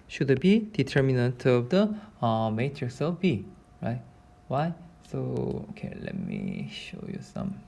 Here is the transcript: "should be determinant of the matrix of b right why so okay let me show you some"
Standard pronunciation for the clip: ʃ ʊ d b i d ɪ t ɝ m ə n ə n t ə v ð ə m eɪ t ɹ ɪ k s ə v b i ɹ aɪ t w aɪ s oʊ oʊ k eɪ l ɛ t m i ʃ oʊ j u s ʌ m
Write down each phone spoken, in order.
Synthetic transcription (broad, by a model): ʃ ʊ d b i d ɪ t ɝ m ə n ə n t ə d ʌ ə m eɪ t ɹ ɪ s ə f b i ɹ aɪ t w aɪ s oʊ oʊ k eɪ l ɛ t m i ʃ oʊ j u s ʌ m